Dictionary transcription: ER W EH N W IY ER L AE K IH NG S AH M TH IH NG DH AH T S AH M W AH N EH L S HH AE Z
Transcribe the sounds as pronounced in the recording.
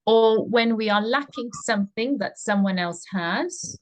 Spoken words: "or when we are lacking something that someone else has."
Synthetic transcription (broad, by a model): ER W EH N W IY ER L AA K IH NG S AH M TH IH NG DH AH T S AH M W AH N EH L S HH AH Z